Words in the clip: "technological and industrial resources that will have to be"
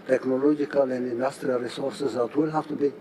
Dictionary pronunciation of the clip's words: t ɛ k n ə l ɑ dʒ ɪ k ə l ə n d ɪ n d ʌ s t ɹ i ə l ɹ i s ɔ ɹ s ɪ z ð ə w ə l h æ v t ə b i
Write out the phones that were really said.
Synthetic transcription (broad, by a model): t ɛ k n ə l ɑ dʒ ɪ k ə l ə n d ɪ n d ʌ s t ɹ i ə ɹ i s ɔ ɹ s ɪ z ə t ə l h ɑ f t ə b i